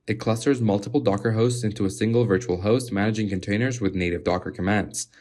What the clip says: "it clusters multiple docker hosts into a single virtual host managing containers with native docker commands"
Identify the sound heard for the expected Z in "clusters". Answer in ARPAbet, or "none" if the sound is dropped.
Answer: Z